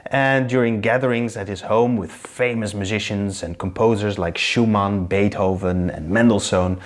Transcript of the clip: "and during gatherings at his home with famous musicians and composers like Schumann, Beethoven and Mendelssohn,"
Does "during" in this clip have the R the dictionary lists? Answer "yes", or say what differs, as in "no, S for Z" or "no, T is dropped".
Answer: yes